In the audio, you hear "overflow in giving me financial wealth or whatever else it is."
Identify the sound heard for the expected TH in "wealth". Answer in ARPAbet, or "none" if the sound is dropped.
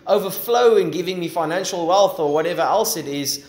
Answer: TH